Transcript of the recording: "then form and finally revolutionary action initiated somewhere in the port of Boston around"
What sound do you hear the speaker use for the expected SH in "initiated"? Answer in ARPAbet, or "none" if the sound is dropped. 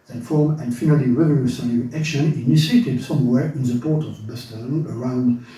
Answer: S